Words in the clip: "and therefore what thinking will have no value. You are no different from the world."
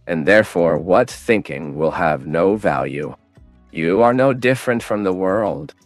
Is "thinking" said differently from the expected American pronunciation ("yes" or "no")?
no